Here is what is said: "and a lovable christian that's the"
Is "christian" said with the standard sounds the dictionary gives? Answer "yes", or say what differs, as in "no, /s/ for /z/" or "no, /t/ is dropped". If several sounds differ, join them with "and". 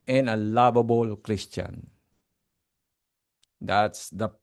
yes